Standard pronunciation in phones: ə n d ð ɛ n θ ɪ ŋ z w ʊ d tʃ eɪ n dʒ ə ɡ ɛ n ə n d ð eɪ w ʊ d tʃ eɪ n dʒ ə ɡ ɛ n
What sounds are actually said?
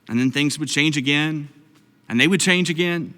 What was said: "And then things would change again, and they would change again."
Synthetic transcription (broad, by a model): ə n ð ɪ n θ ɪ ŋ z w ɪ d tʃ eɪ n dʒ ə ɡ ɛ n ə n ð eɪ w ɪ d tʃ eɪ n dʒ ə ɡ ɛ n